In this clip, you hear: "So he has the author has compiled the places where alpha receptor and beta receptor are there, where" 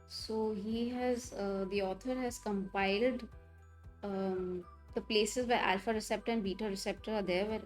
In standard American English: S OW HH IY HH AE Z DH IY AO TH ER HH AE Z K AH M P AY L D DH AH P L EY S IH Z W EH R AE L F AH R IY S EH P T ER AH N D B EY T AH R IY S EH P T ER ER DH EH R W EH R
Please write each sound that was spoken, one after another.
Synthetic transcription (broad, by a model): S OW HH IY HH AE Z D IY AO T ER HH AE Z K AH M P AY L D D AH P L EY S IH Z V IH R AE L F AH R IY S EH P T ER AH N D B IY T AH R IY S EH P T ER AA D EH R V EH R